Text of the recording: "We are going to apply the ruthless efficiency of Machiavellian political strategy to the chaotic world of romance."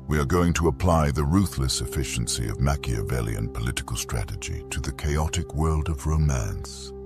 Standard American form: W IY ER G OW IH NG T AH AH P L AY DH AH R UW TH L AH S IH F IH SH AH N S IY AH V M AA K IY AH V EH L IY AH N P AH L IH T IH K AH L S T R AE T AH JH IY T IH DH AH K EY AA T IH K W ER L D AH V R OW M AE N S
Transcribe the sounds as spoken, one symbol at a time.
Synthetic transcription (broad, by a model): W IY ER G OW IH NG T AH AH P L AY DH AH R UW TH L AH S IH F IH SH AH N S IY AH V M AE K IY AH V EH L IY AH N P AH L IH T IH K AH L S T R AE T AH JH IY T IH DH AH K EY AA T IH K W ER L D AH V R OW M AE N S